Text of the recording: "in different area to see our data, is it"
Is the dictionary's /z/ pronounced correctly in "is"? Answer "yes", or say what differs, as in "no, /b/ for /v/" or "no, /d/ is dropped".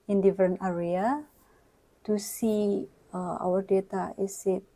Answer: no, /s/ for /z/